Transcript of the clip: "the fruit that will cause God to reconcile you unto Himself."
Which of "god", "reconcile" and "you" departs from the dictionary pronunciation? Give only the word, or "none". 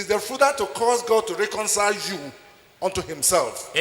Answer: none